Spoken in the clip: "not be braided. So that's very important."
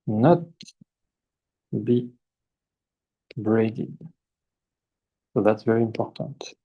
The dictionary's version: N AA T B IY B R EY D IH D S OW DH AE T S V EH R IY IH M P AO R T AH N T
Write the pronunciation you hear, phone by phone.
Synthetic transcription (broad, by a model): N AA T B IY B R EY D IH D S OW DH AE T S V EH R IY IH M P AO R T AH N T